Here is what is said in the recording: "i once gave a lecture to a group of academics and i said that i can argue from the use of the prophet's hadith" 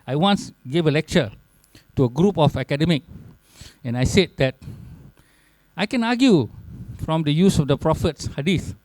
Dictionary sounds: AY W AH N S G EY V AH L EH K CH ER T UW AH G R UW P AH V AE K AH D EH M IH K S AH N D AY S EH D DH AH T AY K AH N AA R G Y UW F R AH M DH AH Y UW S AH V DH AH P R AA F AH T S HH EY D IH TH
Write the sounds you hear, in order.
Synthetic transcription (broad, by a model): AY W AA N S G EY V AH L EH K CH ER T UW AH G R UW P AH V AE K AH D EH M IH K AH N AY S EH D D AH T AY K AH N AA G Y UW F R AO M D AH Y UW S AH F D AH P R AA F AH T S HH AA D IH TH